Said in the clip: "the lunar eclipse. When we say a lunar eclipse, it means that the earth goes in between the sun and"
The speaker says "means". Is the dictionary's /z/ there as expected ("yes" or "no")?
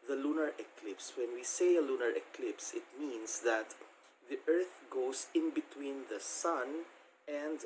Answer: no